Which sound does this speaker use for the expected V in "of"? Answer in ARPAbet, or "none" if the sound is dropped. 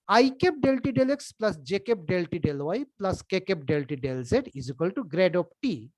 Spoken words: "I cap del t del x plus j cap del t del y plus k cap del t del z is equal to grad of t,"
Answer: P